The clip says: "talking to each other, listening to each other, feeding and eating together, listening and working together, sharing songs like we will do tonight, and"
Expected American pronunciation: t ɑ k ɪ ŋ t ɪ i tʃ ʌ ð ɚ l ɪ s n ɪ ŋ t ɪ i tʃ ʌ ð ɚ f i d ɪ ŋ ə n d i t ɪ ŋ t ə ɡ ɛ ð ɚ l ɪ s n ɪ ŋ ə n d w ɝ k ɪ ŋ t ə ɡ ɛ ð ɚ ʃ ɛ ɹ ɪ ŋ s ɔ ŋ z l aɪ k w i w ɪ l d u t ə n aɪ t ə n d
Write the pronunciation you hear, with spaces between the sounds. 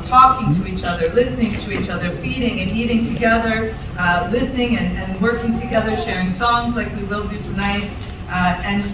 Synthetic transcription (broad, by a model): t ɑ k ɪ ŋ t ɪ i tʃ ʌ ð ɚ l ɪ s n ɪ ŋ t ɪ i tʃ ʌ ð ɚ f i d ɪ ŋ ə n i t ɪ ŋ t ə ɡ ɛ ð ɚ l ɪ s n ɪ ŋ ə n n w ɝ k ɪ ŋ t ə ɡ ɛ ð ɚ ʃ ɛ ɹ ɪ ŋ s ɔ ŋ z l aɪ k w i w ɪ l d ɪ t ə n aɪ t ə n